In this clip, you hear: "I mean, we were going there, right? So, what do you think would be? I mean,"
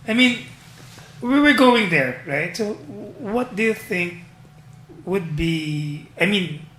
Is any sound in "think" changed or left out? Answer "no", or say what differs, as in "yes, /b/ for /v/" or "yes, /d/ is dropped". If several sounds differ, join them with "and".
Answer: no